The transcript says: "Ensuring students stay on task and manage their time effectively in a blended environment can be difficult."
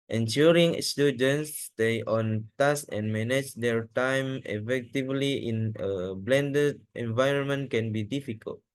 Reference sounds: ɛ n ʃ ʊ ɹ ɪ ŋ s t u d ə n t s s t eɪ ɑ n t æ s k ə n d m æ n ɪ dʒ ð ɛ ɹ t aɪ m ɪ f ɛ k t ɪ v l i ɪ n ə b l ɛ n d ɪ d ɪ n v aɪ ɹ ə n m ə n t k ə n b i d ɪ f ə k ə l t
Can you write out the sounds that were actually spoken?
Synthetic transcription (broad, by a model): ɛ n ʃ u ɹ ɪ ŋ s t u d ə n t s s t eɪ ɑ n t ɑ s ə n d m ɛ n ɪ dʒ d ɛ ɹ t aɪ m ɪ f ɛ k t ɪ v l i ɪ n ə b l ɛ n d ɪ d ɪ n v aɪ ɹ ə n m ə n t k ə n b i d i f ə k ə l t